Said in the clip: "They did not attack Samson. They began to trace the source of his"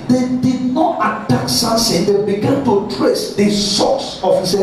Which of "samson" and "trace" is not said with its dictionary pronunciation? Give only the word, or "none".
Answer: samson